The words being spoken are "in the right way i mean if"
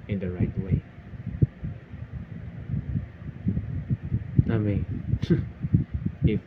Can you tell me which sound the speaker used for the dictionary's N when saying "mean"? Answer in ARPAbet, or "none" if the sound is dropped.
none